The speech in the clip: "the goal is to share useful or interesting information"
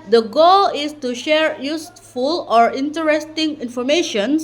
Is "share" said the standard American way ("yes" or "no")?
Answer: yes